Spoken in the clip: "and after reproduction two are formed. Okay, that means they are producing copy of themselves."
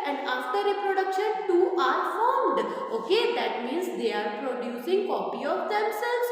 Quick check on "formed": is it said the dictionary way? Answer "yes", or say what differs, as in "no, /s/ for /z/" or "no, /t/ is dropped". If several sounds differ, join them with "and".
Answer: yes